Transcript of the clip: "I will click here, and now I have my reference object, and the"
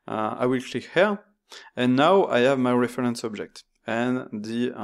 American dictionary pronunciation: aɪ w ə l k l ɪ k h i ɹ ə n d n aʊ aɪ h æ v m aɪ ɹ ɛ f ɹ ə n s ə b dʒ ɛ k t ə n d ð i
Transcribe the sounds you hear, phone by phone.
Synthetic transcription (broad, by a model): aɪ w ə l k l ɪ k h i ɹ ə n n aʊ aɪ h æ v m aɪ ɹ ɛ f ɹ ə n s ə b dʒ ɛ k t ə n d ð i